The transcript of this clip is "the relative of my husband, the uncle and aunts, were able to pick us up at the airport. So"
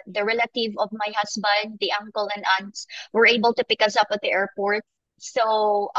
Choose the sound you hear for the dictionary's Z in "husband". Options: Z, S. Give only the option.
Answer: S